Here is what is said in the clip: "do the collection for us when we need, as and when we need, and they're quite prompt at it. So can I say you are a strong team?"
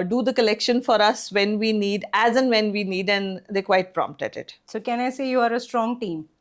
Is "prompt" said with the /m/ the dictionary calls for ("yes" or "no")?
yes